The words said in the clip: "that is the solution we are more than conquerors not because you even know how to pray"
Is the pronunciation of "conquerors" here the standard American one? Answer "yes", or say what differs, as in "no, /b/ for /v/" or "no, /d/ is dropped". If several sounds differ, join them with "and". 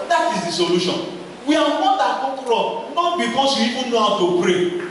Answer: no, /ŋ/ is dropped and /z/ is dropped